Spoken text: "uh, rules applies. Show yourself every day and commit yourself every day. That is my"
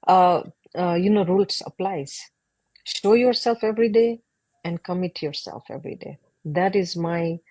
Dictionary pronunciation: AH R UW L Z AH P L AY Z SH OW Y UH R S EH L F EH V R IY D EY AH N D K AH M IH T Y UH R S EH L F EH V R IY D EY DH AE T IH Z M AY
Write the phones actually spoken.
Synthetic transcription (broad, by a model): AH R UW L S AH P L AY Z SH OW Y UH R S EH L F EH V R IY D EY AH N D K AH M IH T Y UH R S EH L F EH V R IY D EY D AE T IH Z M AY